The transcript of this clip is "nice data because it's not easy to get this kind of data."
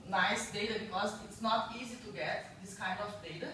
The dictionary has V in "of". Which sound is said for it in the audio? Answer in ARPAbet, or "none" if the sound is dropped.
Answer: F